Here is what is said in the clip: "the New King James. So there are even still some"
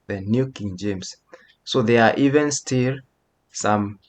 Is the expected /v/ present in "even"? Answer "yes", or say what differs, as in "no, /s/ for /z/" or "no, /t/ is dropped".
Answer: yes